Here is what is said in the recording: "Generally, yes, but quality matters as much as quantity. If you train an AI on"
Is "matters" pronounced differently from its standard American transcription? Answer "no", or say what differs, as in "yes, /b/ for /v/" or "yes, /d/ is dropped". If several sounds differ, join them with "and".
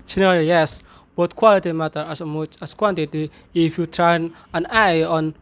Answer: yes, /z/ is dropped